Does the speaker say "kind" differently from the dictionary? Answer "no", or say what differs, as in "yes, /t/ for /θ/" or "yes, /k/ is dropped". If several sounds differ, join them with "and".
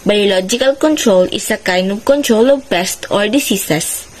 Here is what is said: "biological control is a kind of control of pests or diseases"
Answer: yes, /d/ is dropped